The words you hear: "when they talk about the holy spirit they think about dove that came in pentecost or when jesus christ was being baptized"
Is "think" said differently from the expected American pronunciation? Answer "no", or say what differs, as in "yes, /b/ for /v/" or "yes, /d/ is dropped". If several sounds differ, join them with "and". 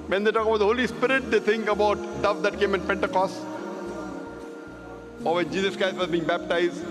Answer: yes, /t/ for /θ/